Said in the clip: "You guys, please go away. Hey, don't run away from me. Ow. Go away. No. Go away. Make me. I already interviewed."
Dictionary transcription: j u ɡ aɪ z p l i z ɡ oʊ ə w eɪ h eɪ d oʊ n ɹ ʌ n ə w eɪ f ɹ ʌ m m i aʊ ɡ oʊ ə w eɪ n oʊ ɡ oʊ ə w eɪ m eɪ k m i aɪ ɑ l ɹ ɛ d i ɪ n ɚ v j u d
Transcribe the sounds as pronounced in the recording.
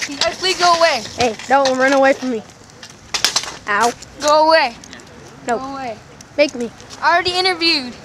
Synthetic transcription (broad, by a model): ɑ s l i ɡ oʊ ə w eɪ h eɪ d oʊ n ɹ ʌ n ə w eɪ f ɹ ʌ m m i aʊ ɡ oʊ ə w eɪ n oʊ oʊ ə w eɪ m eɪ k m i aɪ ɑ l ɹ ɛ d i ɪ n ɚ v j u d